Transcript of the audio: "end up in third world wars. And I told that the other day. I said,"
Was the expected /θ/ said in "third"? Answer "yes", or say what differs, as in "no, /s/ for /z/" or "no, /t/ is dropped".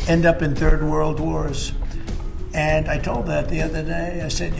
yes